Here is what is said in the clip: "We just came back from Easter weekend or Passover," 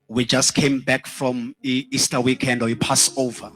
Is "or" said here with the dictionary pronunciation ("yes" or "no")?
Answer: no